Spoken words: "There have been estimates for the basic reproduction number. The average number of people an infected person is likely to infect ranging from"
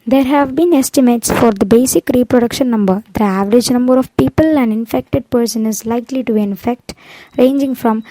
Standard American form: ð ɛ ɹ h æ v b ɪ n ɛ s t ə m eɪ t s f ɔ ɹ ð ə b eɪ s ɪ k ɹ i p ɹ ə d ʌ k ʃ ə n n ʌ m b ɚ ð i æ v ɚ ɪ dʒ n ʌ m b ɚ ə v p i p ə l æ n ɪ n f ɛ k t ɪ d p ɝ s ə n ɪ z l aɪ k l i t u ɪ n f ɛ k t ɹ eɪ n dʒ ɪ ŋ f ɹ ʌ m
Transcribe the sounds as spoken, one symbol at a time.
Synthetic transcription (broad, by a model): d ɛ ɹ h æ v b ɪ n ɛ s t ə m eɪ t s f ɔ ɹ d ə b eɪ s ɪ k ɹ i p ɹ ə d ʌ k ʃ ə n n ʌ m b ɚ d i æ v ɚ ɪ dʒ n ʌ m b ɚ ə v p i p ə l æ n ɪ n f ɛ k t ɪ d p ɝ s ə n ɪ z l aɪ k l i t u ɪ n f ɛ k t ɹ eɪ n dʒ ɪ ŋ f ɹ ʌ m